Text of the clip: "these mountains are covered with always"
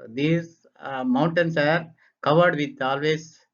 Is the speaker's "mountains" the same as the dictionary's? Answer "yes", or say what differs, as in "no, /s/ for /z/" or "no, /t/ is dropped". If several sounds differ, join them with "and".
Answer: no, /s/ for /z/